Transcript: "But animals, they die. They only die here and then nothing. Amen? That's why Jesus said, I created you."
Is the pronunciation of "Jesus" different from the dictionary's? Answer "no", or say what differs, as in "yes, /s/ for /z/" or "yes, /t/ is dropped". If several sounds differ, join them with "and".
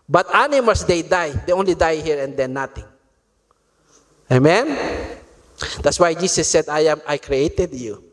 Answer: yes, /s/ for /z/